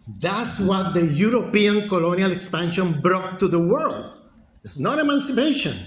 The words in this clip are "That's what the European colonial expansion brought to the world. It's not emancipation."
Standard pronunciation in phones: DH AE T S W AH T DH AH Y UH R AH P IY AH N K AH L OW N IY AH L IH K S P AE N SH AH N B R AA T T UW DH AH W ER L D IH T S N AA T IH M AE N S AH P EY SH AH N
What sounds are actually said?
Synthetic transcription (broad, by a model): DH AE T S W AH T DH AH Y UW R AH P IY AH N K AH L OW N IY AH L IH K S P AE N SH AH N B R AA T T UW DH AH W ER L D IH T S N AA T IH M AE N S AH P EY SH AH N